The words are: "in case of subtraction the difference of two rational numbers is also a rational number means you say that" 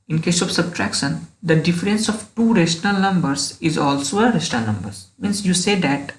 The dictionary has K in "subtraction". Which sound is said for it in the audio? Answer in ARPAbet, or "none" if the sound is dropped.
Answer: K